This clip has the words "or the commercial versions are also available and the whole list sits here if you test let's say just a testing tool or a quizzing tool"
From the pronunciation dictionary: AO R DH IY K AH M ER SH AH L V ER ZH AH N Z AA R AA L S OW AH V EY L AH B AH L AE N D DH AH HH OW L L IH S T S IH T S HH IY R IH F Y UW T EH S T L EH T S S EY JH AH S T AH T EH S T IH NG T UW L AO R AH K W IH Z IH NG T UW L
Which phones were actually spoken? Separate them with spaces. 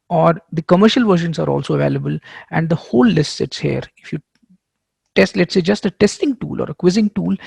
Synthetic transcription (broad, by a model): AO R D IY K AH M ER SH AH L V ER SH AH N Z AA R AA L S OW AH V EY L AH B AH L AE N D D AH HH OW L L IH S T S IH T S HH IY R IH F Y UW T EH S T L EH T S S EY JH AH S T AH T EH S T IH NG T UW L AO R AH K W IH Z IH NG T UW L